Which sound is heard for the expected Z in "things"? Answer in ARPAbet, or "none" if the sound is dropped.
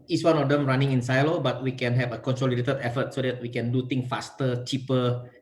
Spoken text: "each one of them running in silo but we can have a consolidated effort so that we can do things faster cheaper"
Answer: none